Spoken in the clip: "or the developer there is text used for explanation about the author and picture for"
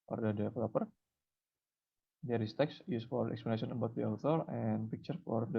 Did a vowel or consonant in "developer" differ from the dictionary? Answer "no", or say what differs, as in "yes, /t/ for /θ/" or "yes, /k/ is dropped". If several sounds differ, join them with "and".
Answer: yes, /f/ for /v/